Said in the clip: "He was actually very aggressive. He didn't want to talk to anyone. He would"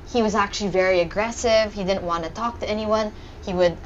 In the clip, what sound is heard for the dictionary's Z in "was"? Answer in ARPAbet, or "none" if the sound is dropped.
Z